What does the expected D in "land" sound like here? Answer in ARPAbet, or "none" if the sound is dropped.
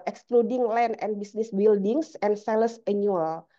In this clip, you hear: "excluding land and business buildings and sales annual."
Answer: none